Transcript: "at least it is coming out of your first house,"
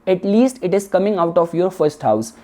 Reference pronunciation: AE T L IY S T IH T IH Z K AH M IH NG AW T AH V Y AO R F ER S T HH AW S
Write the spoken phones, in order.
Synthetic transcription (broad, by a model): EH T L IY S T IH T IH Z K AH M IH NG AW T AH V Y AO R F ER S T HH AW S